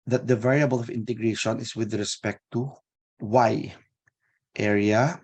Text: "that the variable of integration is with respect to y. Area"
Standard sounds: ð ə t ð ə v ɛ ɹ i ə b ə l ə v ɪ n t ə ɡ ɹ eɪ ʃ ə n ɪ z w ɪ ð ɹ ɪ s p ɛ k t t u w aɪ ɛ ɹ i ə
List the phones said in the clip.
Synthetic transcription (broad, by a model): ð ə t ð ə v ɛ ɹ i ə b ə l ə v ɪ n t ə ɡ ɹ eɪ ʃ ə n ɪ s w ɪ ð ɹ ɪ s p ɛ k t t u w aɪ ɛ ɹ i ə